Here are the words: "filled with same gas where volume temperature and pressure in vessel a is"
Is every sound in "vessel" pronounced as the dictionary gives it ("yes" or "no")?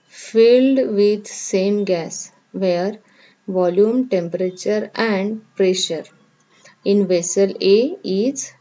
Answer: yes